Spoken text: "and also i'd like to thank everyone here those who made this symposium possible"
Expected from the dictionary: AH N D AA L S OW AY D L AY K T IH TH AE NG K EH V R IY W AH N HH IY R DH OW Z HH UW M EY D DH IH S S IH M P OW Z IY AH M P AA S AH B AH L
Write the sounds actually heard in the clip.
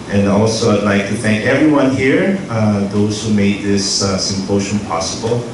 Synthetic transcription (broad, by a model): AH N AA L S OW AY D L AY K T IH TH AE NG K EH V R IY W AH N HH IY R DH OW Z HH UW M EY D DH IH S S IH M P OW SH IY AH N P AA S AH B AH L